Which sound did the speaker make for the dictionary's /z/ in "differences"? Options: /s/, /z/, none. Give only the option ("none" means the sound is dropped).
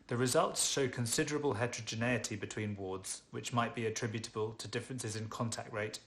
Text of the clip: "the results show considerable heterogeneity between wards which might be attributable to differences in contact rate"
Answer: /z/